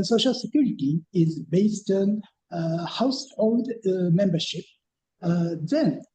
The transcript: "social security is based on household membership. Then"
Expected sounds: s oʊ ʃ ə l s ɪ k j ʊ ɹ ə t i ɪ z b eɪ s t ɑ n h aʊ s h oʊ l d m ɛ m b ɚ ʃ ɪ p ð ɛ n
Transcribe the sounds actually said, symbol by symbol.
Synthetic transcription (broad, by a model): s oʊ ʃ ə l s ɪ k j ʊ ɹ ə t i ɪ z b eɪ s t ɑ n h aʊ s h oʊ l d m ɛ m b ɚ ʃ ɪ p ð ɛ n